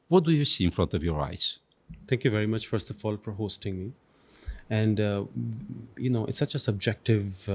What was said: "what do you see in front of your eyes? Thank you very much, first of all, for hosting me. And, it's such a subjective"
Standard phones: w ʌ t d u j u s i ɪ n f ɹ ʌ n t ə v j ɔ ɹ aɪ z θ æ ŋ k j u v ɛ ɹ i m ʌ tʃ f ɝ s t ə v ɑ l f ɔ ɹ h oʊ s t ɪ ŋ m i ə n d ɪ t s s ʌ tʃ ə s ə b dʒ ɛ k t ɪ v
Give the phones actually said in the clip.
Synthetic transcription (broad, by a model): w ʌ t d u j u s i ɪ n f ɹ ʌ n t ə v j ɔ ɹ aɪ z t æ ŋ k j u v ɛ ɹ i m ʌ tʃ f ɝ s t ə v ɑ l f ɔ ɹ h oʊ s t ɪ ŋ m i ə n d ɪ t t s ʌ tʃ ə s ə b dʒ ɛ k t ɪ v